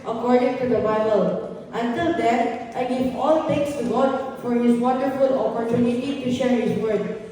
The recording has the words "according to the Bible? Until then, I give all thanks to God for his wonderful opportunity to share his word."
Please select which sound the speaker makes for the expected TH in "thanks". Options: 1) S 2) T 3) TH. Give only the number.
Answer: 2